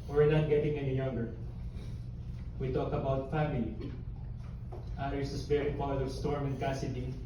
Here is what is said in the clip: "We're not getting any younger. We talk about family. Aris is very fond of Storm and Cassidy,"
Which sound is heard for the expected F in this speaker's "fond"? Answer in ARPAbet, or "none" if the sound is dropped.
P